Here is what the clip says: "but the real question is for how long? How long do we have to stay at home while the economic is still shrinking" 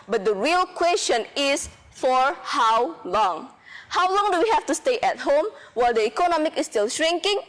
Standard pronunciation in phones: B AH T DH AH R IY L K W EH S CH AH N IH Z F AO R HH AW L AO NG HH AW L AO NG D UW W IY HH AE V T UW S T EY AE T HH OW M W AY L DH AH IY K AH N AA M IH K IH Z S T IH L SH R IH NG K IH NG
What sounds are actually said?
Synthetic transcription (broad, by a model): B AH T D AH R IY L K W EH S CH AH N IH S F AO R HH AW L AO NG HH AW L AO NG D UW W IY HH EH F T UW S T EY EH T HH OW M W AY L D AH IY K AH N AA M IH K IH S T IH L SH R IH NG K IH NG